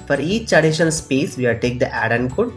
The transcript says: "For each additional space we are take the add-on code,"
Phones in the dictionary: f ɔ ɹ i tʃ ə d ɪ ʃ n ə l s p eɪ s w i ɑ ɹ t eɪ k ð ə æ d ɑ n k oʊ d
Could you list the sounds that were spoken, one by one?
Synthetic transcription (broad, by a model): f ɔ ɹ i tʃ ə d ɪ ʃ ə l s p eɪ s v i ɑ l t eɪ k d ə æ d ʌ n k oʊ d